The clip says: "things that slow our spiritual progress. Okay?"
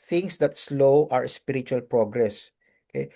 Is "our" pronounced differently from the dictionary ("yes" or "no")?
no